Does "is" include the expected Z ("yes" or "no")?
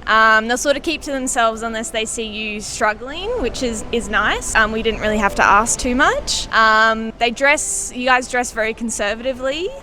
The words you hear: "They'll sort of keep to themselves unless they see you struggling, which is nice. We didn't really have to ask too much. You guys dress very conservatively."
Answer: yes